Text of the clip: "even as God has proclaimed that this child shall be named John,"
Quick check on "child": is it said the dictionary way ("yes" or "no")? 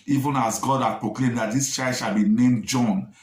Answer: no